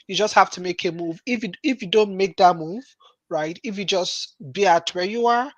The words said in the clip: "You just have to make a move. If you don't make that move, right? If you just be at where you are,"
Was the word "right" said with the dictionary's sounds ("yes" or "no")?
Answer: yes